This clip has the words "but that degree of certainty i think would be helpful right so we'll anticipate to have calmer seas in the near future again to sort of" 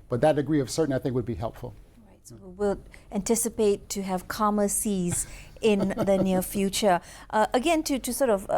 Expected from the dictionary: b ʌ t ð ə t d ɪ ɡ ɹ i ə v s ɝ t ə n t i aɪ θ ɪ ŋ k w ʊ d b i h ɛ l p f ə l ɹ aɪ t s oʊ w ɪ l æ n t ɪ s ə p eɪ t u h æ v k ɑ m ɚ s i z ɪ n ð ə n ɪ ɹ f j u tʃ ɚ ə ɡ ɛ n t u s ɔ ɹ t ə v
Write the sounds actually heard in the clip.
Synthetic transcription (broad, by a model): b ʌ t ð ə t d ɪ ɡ ɹ i ə v s ɝ t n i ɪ θ ɪ ŋ k w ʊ d b i h ɛ l p f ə l ɹ aɪ t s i w ɪ l æ n t ɪ s ə p eɪ t u h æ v k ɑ m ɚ s i z ɪ n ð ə n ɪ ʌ f j u tʃ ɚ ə ɡ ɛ n t u s ɔ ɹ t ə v